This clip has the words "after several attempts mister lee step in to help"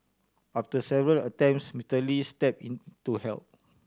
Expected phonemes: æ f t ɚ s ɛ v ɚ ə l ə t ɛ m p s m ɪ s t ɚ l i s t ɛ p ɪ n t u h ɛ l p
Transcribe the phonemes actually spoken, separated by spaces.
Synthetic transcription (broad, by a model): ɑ f t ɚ s ɛ v ɚ ə l ə t ɛ m p s m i t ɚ l i s t ɛ p ɪ n t u h ɛ l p